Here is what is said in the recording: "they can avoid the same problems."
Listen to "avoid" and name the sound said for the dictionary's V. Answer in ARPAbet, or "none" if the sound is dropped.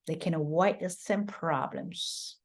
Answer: W